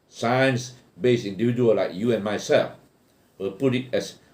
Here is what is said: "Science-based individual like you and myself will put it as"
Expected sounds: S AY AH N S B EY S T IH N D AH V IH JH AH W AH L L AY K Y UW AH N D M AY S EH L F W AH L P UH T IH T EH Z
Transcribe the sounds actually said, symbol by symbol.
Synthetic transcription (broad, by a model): S AY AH N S B EY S IH N D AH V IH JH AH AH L L AY K Y UW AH N M AY S EH L F W AH L P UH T IH T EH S